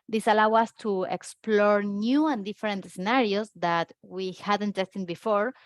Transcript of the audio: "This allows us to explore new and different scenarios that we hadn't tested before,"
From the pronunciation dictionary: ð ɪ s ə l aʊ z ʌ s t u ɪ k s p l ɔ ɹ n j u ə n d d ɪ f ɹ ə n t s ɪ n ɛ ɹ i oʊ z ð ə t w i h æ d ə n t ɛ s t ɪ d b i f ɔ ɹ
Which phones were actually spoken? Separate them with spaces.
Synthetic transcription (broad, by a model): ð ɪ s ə l aʊ ʌ s t u ɪ k s p l ɔ ɹ n j u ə n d d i f ɹ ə n t s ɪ n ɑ ɹ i oʊ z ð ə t w i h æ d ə n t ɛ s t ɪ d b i f ɔ ɹ